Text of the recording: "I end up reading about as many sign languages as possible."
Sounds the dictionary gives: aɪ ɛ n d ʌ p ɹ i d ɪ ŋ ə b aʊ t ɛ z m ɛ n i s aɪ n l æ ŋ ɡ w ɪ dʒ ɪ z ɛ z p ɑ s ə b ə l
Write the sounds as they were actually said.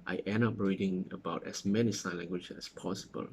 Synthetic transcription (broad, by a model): aɪ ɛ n ʌ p ɹ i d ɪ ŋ ə b aʊ t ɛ s m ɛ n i s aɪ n l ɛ ŋ ɡ w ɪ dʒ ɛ s p ɑ s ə b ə l